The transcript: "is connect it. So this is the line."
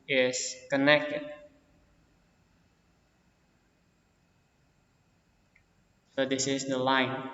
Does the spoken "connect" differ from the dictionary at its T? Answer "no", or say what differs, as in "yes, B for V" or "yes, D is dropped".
no